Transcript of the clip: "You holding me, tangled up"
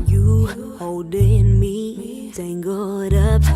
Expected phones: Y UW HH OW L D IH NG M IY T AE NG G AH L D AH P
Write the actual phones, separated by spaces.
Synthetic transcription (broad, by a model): Y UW HH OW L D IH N M IY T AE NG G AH D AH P